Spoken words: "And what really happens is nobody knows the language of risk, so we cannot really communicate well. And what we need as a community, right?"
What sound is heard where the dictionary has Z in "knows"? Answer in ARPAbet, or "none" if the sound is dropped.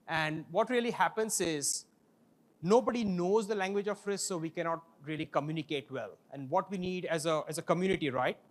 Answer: Z